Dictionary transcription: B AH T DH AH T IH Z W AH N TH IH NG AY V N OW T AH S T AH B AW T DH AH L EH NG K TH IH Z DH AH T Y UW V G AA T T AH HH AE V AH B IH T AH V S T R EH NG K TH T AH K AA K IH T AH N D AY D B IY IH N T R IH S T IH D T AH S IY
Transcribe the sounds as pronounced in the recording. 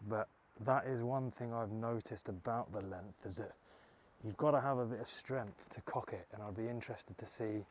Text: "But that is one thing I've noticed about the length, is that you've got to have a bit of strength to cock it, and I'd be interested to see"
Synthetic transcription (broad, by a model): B AH T DH AH T IH Z W AH N TH IH NG AY V N OW T AH S T AH B AW T DH AH L EH NG K TH IH Z DH AH T Y UW V G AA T T AH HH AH V AH B IH T AH V S T R EH NG K TH T AH K AA K IH T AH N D AY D B IY IH N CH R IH S T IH D T AH S IY